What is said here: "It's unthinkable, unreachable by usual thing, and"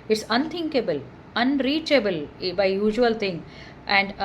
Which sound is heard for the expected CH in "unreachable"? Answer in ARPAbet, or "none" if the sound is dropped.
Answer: CH